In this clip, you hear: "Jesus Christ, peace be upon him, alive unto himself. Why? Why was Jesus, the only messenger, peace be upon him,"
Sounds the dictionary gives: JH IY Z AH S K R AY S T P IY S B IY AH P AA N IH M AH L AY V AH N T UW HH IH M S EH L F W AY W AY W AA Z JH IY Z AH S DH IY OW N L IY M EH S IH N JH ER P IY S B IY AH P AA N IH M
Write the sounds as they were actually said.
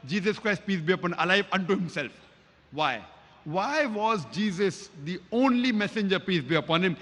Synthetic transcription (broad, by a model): JH IY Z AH S K R AY S T P IY S B IY AH P AA N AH L AY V AH N T UW HH IH M S EH L F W AY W AY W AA Z JH IY Z AH S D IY OW N L IY M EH S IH N JH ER P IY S B IY AH P AA N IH M